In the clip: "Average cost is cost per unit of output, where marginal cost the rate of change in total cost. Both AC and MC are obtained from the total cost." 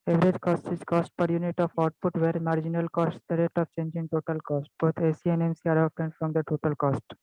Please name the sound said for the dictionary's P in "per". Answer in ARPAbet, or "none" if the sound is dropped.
P